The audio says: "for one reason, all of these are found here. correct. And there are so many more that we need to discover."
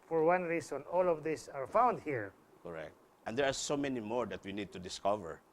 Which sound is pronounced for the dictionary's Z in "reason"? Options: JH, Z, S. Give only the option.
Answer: S